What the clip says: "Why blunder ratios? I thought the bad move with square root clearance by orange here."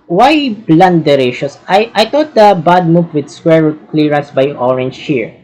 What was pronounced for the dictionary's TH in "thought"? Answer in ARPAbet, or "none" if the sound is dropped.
T